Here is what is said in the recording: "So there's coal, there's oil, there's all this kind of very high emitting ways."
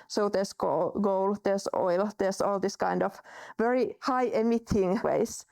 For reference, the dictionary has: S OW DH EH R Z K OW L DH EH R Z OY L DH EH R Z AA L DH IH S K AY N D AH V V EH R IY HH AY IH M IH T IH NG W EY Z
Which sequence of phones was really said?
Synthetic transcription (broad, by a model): S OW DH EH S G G OW L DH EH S OY L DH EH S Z AA L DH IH S K AY N D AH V V EH R IY HH AY IH M IH T IH NG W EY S